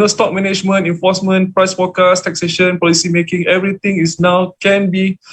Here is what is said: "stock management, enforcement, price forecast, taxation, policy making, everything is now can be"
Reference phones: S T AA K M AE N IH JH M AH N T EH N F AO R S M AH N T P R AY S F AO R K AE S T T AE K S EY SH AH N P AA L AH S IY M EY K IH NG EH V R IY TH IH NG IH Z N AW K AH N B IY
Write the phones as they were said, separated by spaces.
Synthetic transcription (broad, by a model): S T AA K M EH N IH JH M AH N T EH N F AO S M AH N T P R AY S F AO K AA S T T AE K S EY SH AH N P AA L AH S IY M EY K IH NG EH V R IY T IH NG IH S N AW K AH N B IY